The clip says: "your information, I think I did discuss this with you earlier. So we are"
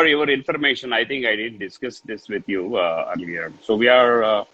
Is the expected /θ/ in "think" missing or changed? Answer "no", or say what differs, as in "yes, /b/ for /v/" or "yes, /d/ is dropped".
yes, /t/ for /θ/